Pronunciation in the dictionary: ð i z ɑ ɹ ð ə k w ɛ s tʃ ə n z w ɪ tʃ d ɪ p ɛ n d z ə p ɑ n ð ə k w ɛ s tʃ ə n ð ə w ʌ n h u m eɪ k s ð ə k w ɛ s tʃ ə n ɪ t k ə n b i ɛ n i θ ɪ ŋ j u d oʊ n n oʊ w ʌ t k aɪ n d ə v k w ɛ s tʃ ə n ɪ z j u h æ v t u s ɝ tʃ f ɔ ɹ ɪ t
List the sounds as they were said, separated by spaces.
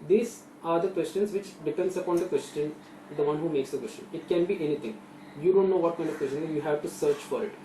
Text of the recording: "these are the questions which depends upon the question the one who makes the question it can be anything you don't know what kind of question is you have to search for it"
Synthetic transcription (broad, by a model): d i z ɑ ɹ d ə k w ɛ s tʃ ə n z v ɪ tʃ d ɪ p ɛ n d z ə p ɑ n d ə k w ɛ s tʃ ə n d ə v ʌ n h u m eɪ k s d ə k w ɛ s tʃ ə n ɪ t k ə n b i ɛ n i t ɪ ŋ j u d oʊ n n oʊ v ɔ t k aɪ n d ə v k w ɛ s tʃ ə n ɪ j u h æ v t u s ɝ tʃ f ɔ ɹ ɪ t